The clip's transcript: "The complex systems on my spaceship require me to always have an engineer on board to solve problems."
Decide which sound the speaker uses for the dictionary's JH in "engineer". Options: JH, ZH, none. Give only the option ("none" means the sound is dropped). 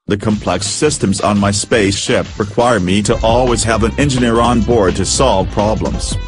JH